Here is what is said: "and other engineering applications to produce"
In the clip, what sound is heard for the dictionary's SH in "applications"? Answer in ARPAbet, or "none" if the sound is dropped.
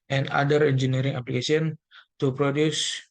S